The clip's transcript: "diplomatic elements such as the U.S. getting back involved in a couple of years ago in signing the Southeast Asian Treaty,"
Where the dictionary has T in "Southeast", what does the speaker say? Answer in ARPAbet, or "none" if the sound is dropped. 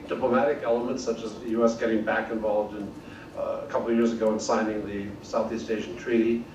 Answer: T